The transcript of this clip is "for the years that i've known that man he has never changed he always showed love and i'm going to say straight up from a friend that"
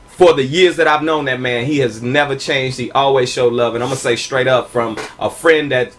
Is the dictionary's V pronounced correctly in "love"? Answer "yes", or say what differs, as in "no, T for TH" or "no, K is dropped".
yes